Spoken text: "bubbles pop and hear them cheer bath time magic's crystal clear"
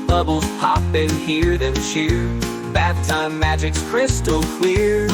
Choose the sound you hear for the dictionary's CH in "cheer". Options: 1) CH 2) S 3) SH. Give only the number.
3